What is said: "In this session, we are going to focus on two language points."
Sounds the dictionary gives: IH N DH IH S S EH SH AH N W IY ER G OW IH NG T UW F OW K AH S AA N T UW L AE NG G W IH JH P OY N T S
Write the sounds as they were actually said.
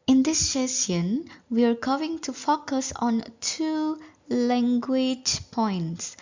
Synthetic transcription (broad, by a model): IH N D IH S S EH S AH N W IY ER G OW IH NG T UW F OW K AH S AA N T UW L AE NG G W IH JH P OY N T S